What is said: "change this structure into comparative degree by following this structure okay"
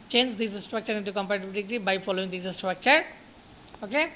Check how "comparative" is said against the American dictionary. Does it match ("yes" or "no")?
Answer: no